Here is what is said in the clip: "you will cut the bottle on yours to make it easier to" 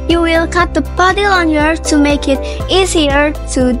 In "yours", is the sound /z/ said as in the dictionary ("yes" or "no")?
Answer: no